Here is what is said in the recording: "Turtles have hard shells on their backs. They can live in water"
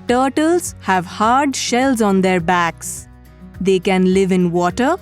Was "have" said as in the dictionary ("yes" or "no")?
yes